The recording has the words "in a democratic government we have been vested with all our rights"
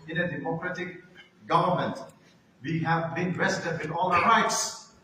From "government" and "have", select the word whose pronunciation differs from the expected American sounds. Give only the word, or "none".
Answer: none